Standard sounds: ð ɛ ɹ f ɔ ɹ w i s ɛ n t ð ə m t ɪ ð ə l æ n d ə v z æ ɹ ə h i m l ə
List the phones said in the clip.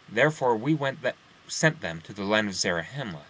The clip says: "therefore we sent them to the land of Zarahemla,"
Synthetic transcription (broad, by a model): ð ɛ ɹ f ɔ ɹ w i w ɛ n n ð ə m t ɪ ð ə l æ n d ə v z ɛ ɹ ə h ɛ m l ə